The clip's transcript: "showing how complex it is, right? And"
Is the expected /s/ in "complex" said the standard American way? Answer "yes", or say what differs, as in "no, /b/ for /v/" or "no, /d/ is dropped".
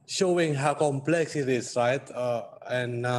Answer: yes